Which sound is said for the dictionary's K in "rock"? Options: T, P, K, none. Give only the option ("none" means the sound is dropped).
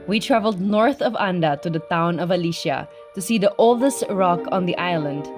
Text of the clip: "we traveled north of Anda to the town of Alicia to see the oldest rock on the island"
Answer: K